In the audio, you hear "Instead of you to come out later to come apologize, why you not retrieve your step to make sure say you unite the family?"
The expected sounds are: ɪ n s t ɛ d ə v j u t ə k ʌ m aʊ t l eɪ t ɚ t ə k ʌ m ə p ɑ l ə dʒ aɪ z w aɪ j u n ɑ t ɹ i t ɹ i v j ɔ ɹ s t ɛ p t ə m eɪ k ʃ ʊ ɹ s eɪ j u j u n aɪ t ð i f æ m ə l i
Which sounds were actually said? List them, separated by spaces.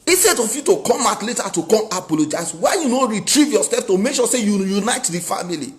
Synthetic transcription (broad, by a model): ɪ s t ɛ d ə f j u t ə k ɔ m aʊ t l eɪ t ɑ t ə k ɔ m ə p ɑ l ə dʒ aɪ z w aɪ j u n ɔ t ɹ i t ɹ i v j ɔ s ɛ f t ə m eɪ k ʃ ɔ s eɪ j u j u n aɪ t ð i f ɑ m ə l i